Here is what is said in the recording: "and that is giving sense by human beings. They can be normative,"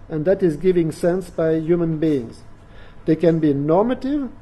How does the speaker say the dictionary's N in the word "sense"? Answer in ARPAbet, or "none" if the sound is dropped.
N